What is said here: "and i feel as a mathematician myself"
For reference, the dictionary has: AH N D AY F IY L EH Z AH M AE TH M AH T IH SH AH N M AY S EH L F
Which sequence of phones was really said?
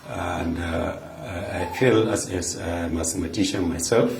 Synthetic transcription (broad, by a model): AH N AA AY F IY L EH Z AH M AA S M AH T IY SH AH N M AY S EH L F